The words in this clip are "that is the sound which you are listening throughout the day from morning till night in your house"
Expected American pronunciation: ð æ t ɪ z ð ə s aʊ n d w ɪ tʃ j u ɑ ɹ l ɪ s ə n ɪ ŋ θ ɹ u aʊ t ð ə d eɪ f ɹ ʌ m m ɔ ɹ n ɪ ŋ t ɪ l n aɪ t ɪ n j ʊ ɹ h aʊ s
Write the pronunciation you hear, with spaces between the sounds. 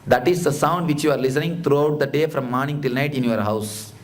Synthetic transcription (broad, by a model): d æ t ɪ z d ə s aʊ n d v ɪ tʃ j u ɑ ɹ l ɪ s ə n ɪ ŋ t ɹ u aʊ t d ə d eɪ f ɹ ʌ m m ɔ ɹ n ɪ ŋ t ɪ l n aɪ t ɪ n j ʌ ɹ h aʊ s